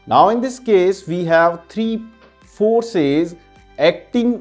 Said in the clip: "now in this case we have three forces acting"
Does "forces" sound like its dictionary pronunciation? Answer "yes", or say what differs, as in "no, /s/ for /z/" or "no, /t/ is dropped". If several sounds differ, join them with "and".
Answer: yes